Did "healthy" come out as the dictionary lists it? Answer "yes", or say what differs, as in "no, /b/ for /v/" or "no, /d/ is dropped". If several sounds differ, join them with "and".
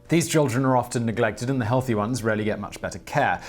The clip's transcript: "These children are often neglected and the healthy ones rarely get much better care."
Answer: yes